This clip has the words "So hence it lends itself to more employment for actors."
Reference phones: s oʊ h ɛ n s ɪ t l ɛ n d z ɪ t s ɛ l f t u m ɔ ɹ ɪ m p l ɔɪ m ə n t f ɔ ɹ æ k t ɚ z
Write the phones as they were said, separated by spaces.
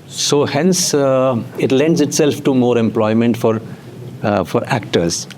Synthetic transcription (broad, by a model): s oʊ h ɛ n s ɪ t l ɛ n d z ɪ t s ɛ l f t u m ɔ ɹ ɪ m p l ɔɪ m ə n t f ɔ ɹ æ k t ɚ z